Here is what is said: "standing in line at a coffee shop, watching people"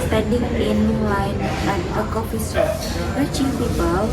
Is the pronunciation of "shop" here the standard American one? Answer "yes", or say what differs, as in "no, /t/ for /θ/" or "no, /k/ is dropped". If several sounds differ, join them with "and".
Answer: no, /s/ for /ʃ/